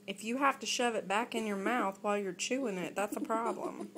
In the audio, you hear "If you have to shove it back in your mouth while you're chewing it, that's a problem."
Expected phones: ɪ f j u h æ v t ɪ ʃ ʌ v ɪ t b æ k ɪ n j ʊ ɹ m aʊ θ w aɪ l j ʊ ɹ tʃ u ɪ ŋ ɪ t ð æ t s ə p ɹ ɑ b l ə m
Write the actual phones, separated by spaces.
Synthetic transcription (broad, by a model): ɪ f j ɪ h æ f t ɪ ʃ ʌ v ɪ t b æ k ɪ n j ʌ ɹ m aʊ θ w aɪ l j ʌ ɹ tʃ u ɪ ŋ ɪ t ð æ t s ə p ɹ ɑ b l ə m